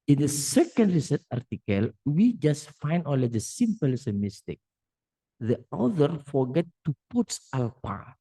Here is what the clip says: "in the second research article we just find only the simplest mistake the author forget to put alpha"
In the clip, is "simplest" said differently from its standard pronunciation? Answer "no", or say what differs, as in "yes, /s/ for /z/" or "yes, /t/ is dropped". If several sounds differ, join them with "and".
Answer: yes, /l/ is dropped